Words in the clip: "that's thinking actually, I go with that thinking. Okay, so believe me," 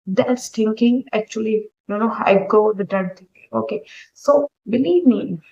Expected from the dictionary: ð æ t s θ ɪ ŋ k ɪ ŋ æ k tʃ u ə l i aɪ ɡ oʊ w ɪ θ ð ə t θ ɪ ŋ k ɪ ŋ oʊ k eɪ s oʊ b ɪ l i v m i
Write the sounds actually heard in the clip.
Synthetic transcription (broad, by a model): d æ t s t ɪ ŋ k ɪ ŋ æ k tʃ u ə n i aɪ ɡ oʊ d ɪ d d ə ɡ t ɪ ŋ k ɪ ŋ oʊ k eɪ s oʊ b ɪ l i v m i